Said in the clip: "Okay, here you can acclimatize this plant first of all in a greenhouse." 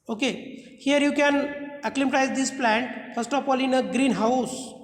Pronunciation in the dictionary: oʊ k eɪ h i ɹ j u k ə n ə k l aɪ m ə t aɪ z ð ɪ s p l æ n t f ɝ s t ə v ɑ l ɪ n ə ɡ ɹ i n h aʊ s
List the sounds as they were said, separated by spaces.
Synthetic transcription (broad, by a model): oʊ k eɪ h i ɹ j u k ə n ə k l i m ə t aɪ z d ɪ s p l æ n t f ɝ s t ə p ɑ l ɪ n ə ɡ ɹ i n h aʊ s